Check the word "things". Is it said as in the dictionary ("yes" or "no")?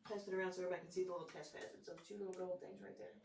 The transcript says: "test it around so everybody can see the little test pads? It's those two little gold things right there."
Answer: yes